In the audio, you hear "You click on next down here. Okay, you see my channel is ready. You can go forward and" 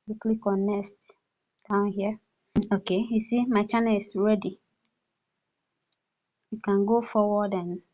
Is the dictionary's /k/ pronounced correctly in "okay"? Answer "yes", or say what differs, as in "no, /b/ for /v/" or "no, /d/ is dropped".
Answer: yes